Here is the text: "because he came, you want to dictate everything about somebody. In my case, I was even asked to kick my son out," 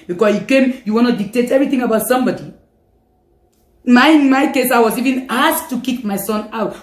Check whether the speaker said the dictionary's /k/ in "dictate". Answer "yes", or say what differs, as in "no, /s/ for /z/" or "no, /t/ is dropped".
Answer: yes